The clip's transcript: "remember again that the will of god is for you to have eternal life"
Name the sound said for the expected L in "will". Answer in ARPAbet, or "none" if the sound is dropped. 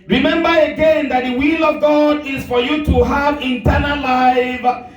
L